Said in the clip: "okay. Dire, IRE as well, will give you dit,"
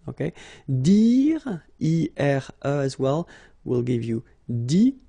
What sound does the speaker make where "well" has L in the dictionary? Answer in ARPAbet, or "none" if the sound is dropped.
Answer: L